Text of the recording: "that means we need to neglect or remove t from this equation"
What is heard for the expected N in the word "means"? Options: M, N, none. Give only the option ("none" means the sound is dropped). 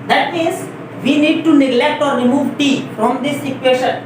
none